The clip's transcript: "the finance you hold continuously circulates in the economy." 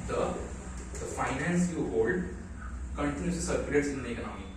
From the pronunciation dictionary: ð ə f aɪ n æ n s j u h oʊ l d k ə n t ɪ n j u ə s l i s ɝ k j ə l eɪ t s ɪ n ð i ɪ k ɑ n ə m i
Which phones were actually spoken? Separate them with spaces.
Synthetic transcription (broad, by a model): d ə f aɪ n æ n s j u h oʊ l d k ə n t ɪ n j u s i s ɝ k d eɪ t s ɪ n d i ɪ k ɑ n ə m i